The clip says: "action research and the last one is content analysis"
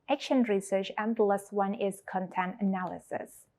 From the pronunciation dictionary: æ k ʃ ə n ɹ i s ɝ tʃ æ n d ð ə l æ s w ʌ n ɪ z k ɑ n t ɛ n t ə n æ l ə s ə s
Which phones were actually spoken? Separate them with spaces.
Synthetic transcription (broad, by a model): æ k ʃ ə n ɹ i s ɝ tʃ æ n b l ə s w ʌ n ɪ z k ɑ n t ɛ n t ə n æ l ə s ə s